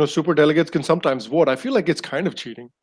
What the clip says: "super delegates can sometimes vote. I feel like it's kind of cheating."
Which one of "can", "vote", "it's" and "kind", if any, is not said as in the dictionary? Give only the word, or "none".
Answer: vote